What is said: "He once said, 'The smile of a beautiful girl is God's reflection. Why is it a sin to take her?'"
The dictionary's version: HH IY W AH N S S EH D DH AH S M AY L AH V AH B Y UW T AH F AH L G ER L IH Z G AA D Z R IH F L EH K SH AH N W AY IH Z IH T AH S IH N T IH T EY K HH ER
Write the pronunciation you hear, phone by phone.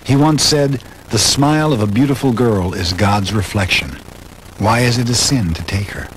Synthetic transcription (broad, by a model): HH IY W AH N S S EH D DH AH S M AY L AH V AH B Y UW T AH F L G ER L IH Z G AA D Z R IH F L EH K SH AH N W AY IH Z IH T AH S IH N T IH T EY K HH ER